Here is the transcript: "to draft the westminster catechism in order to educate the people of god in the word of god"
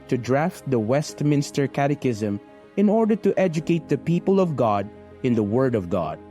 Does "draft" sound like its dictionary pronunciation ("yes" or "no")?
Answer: yes